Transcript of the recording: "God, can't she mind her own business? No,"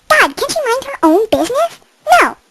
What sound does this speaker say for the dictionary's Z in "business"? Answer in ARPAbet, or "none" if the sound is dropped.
Z